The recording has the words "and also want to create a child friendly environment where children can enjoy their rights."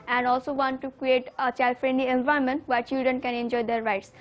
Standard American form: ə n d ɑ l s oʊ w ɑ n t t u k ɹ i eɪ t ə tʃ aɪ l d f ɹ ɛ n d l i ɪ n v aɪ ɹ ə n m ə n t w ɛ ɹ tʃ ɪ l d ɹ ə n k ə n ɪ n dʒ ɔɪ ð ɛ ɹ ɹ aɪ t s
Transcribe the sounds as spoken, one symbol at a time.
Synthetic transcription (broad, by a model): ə n d ɑ l s oʊ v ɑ n t t u k ɹ i eɪ t ə tʃ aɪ l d f ɹ ɛ n d l i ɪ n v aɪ ə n m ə n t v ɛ ɹ tʃ ɪ l d ɹ ə n k ə n ɪ n dʒ ɔɪ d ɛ ɹ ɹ aɪ t s